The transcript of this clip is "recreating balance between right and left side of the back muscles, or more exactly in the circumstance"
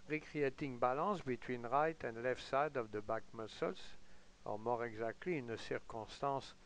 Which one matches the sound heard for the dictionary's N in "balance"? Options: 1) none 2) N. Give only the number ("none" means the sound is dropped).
1